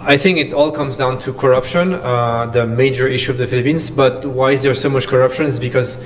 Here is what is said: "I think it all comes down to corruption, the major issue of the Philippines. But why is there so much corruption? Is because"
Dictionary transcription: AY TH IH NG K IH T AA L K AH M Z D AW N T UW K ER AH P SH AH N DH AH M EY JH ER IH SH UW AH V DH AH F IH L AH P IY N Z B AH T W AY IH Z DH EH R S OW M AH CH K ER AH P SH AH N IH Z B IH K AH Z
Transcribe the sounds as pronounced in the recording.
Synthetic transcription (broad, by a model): AY TH IH NG K IH T AA L K AH M Z D AW N T UW K ER AH P SH AH N DH AH M EY JH ER IH SH UW AH V DH AH F IH L AH P IY N Z B AH T W AY IH Z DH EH R S OW M AH CH K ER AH P SH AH N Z B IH K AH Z